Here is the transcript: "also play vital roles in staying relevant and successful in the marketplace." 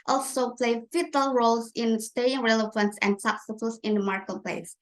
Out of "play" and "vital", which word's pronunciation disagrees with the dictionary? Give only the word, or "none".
vital